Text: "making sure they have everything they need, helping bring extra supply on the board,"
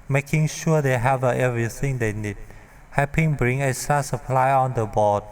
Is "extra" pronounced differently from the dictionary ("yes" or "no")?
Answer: yes